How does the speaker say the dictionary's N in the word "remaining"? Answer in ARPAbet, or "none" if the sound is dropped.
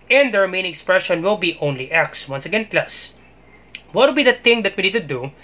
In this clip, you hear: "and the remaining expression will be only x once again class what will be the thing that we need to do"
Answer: none